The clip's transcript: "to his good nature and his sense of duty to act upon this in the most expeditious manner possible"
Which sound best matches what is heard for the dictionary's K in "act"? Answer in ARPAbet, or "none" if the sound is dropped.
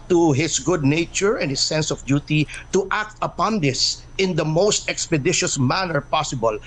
K